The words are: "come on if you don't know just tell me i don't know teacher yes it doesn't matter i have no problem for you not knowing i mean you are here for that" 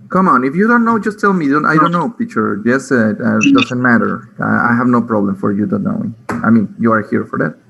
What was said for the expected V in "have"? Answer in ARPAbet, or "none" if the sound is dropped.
V